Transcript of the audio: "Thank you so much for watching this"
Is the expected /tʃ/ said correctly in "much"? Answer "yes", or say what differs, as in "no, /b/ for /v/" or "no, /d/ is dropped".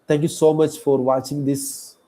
yes